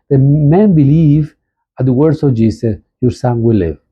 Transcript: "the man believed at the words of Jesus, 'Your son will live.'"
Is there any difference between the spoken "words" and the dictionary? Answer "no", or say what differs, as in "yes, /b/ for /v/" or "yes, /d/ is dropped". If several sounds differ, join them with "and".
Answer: yes, /s/ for /z/